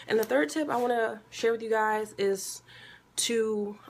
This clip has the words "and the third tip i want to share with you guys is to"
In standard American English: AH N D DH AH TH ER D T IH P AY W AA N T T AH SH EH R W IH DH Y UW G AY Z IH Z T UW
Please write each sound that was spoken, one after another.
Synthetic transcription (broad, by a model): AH N DH AH TH ER D T IH P AY W AA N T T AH SH EH R W IH DH Y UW G AY Z IH Z T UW